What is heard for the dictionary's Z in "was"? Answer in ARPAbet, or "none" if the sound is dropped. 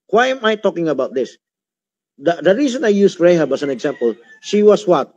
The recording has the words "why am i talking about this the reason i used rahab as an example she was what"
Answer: S